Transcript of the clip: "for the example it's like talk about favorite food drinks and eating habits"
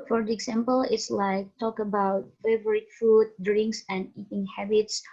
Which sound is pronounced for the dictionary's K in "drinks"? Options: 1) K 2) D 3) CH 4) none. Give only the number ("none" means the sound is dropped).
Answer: 1